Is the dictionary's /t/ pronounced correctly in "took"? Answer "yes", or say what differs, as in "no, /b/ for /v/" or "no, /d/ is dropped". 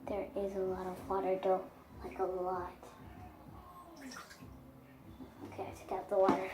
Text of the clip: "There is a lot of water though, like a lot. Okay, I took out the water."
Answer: no, /s/ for /t/